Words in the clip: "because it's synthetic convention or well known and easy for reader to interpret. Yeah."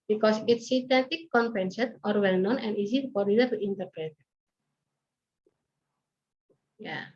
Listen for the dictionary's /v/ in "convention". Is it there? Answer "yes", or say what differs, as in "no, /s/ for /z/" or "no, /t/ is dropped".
no, /p/ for /v/